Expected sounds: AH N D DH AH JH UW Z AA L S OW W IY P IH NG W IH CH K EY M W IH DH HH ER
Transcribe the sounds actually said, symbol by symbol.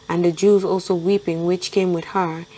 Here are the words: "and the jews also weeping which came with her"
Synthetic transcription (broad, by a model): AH N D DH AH JH UW Z AA L S OW W IY P IH NG W IH CH K EY M W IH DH HH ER